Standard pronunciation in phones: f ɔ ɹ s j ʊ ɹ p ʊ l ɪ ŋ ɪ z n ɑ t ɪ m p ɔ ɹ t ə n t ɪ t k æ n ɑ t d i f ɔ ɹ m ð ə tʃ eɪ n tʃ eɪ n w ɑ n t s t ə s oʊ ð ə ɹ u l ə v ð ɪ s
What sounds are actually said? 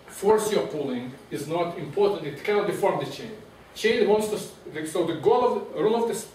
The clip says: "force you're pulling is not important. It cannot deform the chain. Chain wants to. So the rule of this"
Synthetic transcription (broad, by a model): f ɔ ɹ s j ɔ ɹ p ʊ l ɪ ŋ ɪ z n ɑ t ɪ m p ɔ ɹ t ə n t ɪ t k æ n ɑ t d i f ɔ ɹ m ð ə tʃ eɪ n tʃ eɪ n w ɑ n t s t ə s oʊ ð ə ɹ u l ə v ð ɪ s